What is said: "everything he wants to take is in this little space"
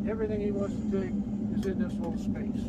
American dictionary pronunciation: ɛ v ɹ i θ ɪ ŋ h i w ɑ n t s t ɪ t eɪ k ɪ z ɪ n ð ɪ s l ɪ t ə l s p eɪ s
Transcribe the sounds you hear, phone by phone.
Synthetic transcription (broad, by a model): ɛ v ɹ i θ ɪ ŋ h i w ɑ n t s t ɪ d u ɪ z ɪ n ð ɪ s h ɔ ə l s p eɪ s